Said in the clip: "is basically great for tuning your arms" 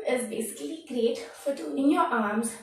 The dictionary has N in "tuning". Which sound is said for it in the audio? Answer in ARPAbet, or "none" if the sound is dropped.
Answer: none